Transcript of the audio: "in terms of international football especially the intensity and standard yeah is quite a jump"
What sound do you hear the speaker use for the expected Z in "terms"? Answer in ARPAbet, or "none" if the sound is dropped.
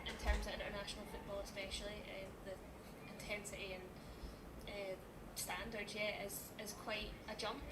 Z